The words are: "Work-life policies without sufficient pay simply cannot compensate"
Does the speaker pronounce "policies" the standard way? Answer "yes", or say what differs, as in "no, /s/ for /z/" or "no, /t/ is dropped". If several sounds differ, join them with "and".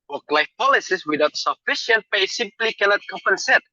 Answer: no, /s/ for /z/